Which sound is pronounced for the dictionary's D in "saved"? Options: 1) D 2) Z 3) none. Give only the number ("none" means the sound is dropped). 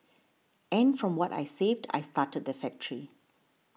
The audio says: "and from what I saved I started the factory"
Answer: 1